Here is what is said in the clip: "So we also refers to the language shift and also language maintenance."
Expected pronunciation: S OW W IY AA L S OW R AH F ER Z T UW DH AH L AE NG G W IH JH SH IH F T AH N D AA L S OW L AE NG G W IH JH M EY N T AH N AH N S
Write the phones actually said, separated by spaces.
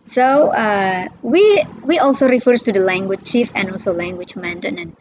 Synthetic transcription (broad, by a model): S OW W IY AA L S OW R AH F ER S T UW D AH L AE NG G W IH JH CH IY F AH N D AA L S OW L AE NG G W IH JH M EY N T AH N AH N